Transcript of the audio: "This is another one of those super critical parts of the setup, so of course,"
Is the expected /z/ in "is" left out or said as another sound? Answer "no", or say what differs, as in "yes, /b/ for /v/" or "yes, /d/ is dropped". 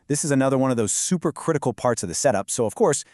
no